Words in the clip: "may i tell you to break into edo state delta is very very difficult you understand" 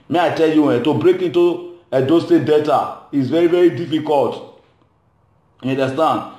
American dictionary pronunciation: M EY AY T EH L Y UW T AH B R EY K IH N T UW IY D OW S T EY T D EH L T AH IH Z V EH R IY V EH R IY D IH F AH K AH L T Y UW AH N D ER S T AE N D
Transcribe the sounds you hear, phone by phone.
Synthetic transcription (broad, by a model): M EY AY T EH L Y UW T AH B R EY K IH N T UW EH D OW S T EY D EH T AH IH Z V EH R IY V EH R IY D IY F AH K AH L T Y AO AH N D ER S T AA N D